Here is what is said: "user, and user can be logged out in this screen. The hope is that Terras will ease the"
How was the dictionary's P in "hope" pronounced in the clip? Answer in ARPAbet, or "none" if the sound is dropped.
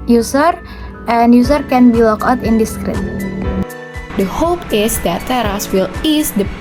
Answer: P